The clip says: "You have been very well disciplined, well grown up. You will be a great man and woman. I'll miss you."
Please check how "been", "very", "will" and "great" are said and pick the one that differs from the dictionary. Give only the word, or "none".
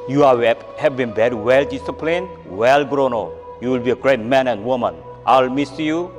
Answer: very